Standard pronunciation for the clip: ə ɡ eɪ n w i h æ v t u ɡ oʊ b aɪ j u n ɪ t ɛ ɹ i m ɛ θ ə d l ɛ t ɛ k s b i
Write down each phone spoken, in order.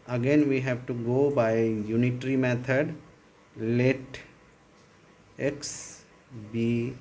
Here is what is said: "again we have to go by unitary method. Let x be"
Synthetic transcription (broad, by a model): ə ɡ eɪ n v i h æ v t u ɡ oʊ b aɪ j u n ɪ t ɹ i m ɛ t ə d l ɛ t ɛ k s b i